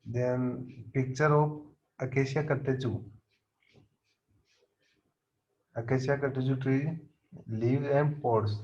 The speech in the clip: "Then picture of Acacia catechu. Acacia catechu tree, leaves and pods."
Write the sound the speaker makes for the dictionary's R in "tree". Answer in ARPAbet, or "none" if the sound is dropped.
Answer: R